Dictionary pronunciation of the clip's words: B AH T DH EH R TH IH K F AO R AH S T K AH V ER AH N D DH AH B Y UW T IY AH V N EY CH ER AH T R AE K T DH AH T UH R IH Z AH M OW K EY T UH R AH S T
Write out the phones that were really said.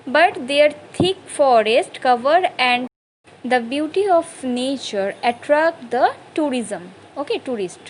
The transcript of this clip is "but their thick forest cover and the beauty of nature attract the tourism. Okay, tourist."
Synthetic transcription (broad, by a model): B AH T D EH R T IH K F AO R AH S T K AH V ER AH N D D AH B Y UW T IY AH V N EY CH ER AH T R AE K T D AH T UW R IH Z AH M OW K EY T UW R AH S T